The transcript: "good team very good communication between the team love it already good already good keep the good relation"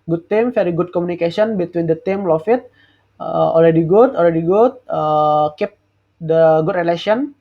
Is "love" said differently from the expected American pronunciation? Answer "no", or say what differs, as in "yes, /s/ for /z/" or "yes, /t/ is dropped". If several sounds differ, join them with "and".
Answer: yes, /f/ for /v/